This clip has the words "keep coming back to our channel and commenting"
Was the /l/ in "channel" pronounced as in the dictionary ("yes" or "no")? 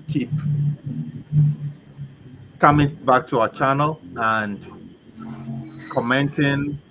yes